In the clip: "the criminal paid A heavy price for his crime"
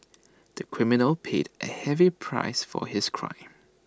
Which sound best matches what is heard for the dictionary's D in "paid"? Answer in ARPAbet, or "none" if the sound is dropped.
D